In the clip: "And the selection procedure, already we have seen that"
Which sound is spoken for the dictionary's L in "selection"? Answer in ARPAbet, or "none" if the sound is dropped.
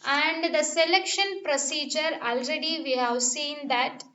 L